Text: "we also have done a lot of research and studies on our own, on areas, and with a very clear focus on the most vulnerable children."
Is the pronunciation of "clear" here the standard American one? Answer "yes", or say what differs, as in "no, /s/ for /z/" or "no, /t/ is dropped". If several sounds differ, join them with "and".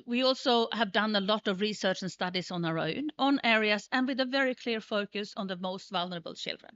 yes